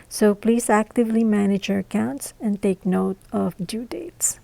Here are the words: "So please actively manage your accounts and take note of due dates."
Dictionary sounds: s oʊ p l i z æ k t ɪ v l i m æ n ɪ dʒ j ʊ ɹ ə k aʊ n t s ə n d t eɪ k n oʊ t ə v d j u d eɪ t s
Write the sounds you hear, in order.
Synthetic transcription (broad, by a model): s oʊ p l i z æ k t ɪ v l i m æ n ɪ dʒ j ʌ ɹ ə k aʊ n t s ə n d t eɪ k n oʊ t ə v d j u d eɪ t s